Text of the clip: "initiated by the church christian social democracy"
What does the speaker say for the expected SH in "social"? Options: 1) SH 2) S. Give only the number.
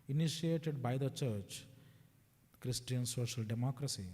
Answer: 1